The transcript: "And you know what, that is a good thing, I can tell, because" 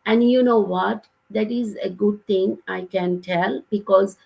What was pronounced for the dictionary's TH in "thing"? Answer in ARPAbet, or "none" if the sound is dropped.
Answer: T